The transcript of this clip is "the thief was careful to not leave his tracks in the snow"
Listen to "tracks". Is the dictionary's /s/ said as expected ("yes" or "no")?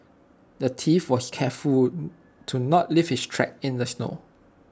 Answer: no